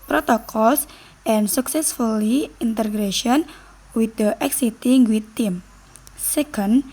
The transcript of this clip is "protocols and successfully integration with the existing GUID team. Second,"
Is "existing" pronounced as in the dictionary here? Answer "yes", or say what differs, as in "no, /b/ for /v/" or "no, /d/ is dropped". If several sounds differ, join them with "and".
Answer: no, /s/ is dropped